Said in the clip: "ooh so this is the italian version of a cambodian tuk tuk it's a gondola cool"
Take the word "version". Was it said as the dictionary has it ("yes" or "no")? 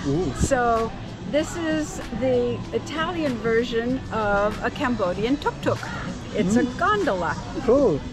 yes